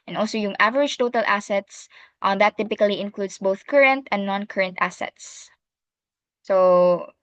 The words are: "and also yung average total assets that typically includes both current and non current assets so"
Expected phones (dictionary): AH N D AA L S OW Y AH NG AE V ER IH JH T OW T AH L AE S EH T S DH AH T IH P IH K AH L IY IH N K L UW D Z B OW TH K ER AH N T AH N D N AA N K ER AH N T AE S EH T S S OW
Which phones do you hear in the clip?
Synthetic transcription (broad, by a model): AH N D AA L S OW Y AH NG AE V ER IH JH T OW T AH L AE S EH T S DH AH T IH P IH K AH L IY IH N K L UW D S B OW TH K ER AH N T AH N N AA N K ER AH N T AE S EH T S S OW